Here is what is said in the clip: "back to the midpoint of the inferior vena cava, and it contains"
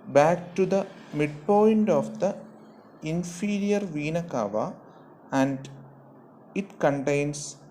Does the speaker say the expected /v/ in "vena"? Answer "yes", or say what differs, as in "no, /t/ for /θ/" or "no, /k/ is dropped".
yes